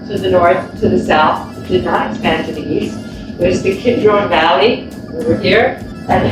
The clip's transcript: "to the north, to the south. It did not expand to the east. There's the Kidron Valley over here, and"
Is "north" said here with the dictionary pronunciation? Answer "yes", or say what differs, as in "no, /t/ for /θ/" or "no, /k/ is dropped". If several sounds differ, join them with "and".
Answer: yes